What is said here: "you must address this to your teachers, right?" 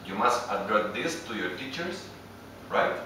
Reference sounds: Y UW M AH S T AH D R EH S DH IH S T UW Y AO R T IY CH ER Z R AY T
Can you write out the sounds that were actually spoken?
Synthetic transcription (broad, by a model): Y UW M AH S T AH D R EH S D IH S T UW Y AO R T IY CH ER S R AY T